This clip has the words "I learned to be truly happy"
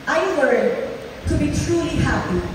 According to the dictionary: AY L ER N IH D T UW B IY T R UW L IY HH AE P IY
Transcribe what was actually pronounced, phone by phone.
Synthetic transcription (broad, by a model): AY W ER IH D T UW B IY T R UW L IY HH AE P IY